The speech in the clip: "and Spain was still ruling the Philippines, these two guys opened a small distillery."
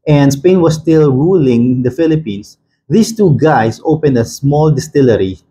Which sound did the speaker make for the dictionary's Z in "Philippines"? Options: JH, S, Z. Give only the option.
S